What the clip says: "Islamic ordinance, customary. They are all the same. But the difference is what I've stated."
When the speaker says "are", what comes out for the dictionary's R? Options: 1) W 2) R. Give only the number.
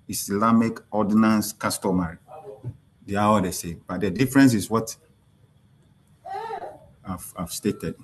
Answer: 1